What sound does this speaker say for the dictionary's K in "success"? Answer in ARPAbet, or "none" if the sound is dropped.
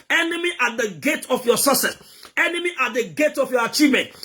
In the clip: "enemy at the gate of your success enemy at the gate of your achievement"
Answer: none